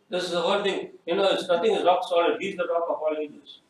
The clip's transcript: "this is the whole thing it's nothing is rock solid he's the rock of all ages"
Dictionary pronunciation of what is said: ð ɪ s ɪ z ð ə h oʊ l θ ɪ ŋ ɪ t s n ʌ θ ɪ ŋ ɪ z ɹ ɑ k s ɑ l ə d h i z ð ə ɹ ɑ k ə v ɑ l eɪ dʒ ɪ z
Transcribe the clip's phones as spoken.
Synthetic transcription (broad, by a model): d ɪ s ɪ z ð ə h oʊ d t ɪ ŋ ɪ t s n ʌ t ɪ ŋ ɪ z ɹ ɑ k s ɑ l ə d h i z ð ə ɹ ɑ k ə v ɑ l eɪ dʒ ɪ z